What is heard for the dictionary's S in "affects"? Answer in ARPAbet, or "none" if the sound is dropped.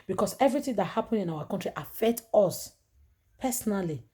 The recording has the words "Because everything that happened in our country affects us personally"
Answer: none